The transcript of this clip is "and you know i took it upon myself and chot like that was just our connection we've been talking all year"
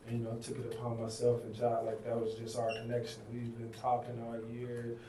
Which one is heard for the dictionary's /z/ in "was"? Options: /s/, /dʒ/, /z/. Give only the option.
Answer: /z/